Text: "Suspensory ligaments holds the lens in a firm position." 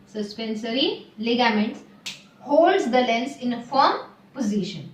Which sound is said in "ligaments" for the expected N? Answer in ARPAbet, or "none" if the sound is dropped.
N